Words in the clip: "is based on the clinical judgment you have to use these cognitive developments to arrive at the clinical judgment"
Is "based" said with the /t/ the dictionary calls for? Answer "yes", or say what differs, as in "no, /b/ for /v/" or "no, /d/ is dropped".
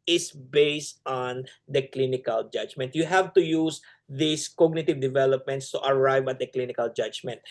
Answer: yes